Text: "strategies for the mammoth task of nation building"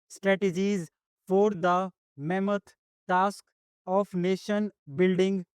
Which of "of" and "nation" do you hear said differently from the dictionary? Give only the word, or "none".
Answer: of